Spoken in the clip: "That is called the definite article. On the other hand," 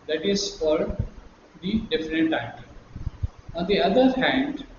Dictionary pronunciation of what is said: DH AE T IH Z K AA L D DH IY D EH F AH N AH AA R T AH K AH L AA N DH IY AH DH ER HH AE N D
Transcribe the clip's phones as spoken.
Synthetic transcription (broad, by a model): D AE T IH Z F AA D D IY D EH F AH N AH T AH AH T AA N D IY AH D ER HH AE N D